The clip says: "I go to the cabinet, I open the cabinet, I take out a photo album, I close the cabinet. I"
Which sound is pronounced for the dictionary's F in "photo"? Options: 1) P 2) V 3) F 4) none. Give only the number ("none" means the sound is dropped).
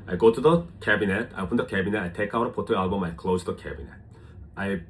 1